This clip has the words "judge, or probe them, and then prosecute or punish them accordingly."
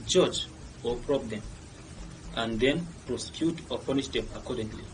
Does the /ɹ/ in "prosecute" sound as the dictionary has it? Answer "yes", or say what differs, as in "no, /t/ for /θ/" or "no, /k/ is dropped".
yes